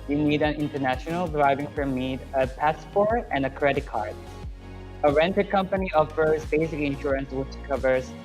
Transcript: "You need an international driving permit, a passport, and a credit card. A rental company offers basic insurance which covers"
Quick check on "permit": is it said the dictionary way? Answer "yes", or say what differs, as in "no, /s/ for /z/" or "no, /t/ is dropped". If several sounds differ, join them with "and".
no, /f/ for /p/